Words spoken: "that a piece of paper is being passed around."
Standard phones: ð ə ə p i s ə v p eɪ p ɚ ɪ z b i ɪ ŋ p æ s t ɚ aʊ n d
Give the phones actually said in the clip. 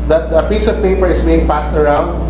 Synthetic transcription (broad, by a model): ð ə ə p i s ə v p eɪ p ɚ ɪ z b i ɪ ŋ p æ s t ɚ aʊ n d